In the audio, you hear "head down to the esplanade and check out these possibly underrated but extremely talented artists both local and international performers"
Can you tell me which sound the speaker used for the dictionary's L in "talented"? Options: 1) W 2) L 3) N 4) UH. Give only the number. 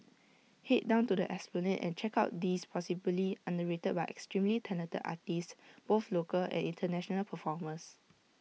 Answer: 3